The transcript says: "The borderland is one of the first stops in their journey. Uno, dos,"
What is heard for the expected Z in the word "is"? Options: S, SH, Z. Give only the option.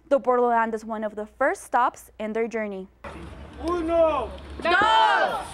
Z